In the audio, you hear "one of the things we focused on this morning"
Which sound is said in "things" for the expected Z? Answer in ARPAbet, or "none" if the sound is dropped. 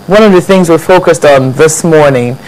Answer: Z